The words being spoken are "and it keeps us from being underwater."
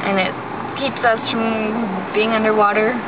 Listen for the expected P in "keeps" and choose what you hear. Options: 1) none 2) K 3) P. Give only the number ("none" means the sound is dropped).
3